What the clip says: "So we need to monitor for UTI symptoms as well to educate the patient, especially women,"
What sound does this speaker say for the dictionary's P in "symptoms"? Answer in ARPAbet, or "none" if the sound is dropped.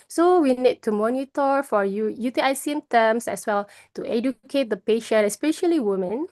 none